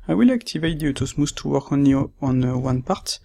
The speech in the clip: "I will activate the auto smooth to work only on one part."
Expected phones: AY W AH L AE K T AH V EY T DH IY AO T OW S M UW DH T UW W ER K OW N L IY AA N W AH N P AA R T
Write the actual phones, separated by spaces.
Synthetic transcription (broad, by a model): AY W AH L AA K T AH V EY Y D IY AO T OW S M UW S T UW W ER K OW N IY AA N W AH N P AA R T